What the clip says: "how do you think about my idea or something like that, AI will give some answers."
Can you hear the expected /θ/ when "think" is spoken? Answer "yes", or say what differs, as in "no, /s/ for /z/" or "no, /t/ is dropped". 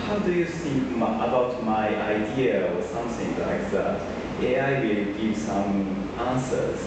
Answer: no, /s/ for /θ/